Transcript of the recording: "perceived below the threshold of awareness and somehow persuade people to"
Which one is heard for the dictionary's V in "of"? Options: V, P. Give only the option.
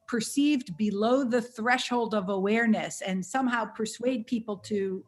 V